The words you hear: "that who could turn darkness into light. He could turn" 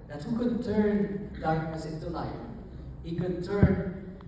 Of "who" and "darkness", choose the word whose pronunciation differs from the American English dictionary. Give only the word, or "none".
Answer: darkness